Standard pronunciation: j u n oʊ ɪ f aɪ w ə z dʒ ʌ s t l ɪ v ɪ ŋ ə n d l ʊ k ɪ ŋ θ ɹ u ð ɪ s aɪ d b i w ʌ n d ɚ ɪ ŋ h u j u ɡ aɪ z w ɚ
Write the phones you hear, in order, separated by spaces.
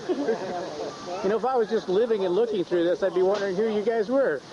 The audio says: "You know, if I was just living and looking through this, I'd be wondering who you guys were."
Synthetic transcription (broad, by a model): j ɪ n oʊ ɪ f aɪ w ə z dʒ ʌ s t l ɪ v ɪ ŋ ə n l ʊ k ɪ ŋ θ ɹ u ð ɪ s aɪ d b i w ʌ n d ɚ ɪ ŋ h u j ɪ ɡ aɪ z w ɚ